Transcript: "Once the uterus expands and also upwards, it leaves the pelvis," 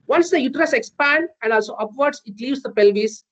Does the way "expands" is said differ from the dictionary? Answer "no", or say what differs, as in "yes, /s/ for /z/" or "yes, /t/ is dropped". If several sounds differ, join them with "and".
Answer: yes, /z/ is dropped